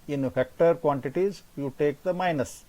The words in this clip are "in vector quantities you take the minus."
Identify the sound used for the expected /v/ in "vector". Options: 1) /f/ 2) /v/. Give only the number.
1